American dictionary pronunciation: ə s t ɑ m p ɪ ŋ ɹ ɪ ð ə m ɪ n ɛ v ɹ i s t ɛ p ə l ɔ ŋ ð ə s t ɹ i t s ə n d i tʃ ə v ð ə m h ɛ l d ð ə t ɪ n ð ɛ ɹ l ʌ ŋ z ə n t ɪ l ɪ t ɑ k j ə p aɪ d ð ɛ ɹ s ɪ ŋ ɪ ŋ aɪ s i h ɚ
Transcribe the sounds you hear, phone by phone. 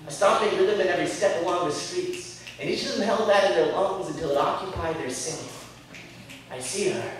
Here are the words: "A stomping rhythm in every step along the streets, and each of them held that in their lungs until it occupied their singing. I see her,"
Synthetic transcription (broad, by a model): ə s t ɑ p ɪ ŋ w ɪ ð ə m ɪ n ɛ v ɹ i s t ɛ p ə l ɔ ŋ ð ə s t ɹ i t s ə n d i tʃ ə v ð ə m h ɛ l d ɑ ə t ɪ n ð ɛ ɹ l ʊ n z ə n t ɪ l ɪ t ɑ k j ə p aɪ d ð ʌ ɹ s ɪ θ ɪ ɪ s i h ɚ